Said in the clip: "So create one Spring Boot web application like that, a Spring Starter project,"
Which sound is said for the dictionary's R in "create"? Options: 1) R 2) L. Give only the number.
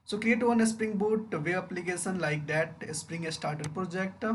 2